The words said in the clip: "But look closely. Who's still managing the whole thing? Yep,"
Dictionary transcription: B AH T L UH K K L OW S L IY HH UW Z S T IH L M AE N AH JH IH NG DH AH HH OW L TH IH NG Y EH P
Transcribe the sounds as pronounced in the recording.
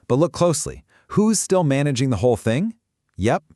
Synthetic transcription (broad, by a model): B AH T L UH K K L OW S L IY HH UW Z S T IH L M AE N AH JH IH NG DH AH HH OW L TH IH NG Y EH P